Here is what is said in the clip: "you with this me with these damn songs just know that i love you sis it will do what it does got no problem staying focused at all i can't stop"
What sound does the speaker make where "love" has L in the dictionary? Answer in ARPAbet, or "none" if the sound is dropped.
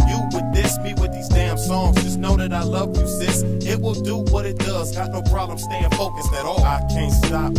L